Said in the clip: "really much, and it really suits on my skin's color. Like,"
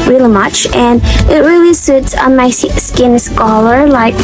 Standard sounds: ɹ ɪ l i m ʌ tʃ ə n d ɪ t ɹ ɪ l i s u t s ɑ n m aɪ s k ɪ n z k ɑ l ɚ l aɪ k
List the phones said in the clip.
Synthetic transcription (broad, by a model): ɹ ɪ l i m ʌ tʃ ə n ɪ t ɹ ɪ l i s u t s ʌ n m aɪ s k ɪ n s k ɑ l ɚ l aɪ k